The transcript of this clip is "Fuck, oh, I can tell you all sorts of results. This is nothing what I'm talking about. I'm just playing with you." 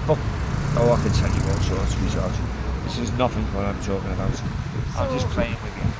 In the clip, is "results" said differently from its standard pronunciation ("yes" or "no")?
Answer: yes